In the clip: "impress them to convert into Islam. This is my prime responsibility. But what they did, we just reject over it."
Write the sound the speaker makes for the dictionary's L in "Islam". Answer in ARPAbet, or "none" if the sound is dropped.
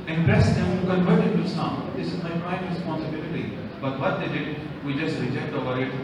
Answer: none